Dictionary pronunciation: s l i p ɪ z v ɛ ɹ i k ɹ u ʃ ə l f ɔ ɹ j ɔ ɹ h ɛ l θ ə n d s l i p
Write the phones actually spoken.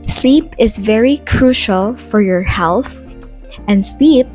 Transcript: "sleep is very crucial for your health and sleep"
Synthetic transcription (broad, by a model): s l i p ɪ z v ɛ ɹ i k ɹ u ʃ ə l f ɔ ɹ j ɔ ɹ h ɛ l θ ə n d s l i p